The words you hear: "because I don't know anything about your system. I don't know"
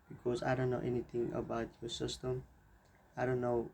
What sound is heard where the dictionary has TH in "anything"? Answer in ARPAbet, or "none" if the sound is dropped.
T